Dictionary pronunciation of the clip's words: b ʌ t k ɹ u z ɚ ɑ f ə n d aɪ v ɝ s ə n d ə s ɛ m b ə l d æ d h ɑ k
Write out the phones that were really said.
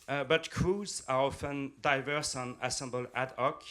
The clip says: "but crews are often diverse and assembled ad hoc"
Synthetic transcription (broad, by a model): b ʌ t k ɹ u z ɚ ɑ f ə n d aɪ v ɝ s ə n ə s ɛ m b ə l æ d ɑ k